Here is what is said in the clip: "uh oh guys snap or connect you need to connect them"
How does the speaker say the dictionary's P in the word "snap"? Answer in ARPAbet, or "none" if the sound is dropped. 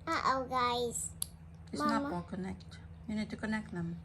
none